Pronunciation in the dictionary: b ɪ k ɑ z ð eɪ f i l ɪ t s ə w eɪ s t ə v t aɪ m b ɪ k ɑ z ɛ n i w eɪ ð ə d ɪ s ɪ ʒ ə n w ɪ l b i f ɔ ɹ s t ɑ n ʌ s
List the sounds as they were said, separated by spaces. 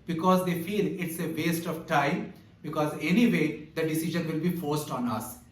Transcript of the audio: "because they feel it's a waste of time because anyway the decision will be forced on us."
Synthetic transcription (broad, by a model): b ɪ k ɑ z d eɪ f i l ɪ t s ə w eɪ s t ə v t aɪ m b ɪ k ɑ z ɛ n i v eɪ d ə d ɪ s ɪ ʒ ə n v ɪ l b i f ɔ ɹ s t ɑ n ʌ s